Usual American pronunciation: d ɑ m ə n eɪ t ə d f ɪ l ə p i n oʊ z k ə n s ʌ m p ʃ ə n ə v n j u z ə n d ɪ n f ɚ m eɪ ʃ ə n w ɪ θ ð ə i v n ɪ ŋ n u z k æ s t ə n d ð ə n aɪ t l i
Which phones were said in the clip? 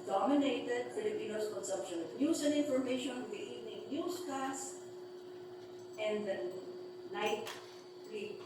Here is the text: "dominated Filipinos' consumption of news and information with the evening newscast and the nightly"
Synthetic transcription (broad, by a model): d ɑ m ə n eɪ t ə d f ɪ l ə p i n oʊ s k ə n s ʌ m p ʃ ə n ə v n j u s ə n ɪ n f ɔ m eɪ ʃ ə n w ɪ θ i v n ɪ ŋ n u s k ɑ s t ə n d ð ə n aɪ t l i